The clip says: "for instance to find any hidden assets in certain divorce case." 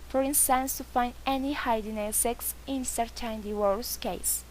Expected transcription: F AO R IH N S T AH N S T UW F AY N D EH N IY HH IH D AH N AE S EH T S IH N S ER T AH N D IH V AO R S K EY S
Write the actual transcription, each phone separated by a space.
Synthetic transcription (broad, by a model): F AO R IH N S T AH N S T UW F AY N D EH N IY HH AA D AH N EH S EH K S IH N S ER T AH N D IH W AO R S K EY S